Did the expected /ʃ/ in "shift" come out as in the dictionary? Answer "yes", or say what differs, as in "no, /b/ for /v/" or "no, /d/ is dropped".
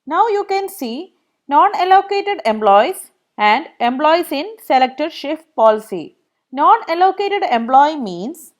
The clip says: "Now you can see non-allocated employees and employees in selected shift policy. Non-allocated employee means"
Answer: yes